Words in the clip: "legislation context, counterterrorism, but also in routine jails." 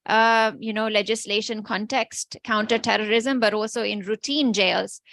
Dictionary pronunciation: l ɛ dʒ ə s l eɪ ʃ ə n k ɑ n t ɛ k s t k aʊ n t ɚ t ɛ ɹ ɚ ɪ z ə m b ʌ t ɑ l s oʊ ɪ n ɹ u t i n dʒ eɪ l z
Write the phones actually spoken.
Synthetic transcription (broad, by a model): l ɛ dʒ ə s l eɪ ʃ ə n k ɑ n t ɛ k s t k aʊ n t ɚ t ɛ ɹ ɚ ɪ z ə m b ʌ t ɑ l s oʊ ɪ n ɹ u t i n dʒ eɪ l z